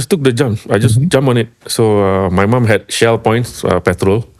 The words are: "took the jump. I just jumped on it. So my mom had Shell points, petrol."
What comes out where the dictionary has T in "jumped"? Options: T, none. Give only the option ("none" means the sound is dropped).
none